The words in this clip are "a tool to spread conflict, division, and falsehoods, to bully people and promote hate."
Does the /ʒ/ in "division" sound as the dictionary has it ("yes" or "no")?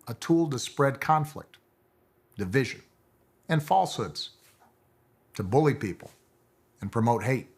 yes